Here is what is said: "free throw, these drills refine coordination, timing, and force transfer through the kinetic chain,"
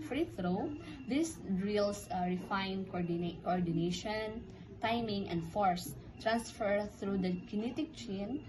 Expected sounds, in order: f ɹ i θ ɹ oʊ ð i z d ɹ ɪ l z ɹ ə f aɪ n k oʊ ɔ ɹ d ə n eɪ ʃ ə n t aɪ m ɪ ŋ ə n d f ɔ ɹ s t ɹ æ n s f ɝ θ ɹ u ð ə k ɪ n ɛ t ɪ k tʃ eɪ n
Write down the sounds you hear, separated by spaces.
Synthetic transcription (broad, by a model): f ɹ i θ ɹ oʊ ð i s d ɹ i l s ɹ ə f aɪ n k oʊ ɔ ɹ d ə n eɪ ʃ ə n t aɪ m ɪ ŋ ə n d f ɔ ɹ s t ɹ æ n s f ɝ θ ɹ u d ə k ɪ n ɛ t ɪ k tʃ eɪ n